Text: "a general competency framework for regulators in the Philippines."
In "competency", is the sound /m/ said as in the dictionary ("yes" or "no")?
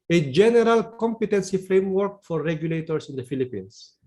yes